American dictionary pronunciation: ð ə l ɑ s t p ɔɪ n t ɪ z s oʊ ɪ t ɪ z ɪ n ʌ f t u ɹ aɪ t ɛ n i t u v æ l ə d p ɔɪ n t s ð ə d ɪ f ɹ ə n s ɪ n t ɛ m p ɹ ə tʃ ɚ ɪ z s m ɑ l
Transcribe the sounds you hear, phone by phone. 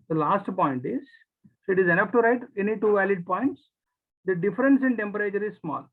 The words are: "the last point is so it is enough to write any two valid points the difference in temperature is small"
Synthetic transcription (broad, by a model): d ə l ɑ s t p ɔɪ n t ɪ z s ɪ t ɪ z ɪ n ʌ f t u ɹ aɪ t ɛ n i t u v æ l ə d p ɔɪ n t s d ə d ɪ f ɹ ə n s ɪ n t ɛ m p ɹ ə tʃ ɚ ɪ z s m ɑ l